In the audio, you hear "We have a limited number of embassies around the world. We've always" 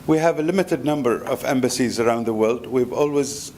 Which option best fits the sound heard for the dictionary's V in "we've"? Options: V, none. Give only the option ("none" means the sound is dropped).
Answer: V